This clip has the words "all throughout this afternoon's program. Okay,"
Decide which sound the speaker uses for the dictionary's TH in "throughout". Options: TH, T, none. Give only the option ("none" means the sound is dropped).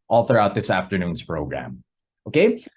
TH